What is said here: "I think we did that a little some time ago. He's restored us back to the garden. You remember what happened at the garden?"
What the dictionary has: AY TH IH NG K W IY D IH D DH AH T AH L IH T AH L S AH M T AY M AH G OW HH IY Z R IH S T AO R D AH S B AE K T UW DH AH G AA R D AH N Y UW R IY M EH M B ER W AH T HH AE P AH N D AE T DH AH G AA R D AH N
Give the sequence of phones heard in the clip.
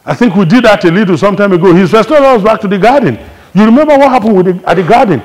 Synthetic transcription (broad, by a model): AY TH IH NG K W IY D IH D DH AH T AH L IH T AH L S AH M T AY M AH G OW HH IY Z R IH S T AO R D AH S B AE K T UW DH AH G AA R D N Y UW R IY M EH M B ER W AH T HH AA P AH N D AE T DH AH G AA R D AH N